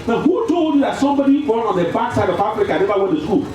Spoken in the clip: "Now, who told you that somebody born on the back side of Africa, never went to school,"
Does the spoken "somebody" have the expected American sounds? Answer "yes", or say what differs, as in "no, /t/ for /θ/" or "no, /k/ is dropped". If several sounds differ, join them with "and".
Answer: yes